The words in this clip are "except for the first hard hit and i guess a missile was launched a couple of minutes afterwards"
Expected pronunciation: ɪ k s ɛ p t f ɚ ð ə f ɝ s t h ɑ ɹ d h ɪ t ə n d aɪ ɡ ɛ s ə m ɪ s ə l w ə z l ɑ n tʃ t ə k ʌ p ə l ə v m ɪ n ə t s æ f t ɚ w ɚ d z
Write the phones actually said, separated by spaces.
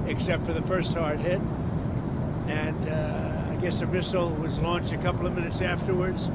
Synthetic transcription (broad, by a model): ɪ k s ɛ p t f ɚ ð ə f ɝ s t h ɑ ɹ d h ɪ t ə n aɪ ɡ ɛ s ə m ɪ s l w ə z l ɑ n tʃ t ə k ʌ p l ə v m ɪ n ə t s æ f t ɚ w ɚ d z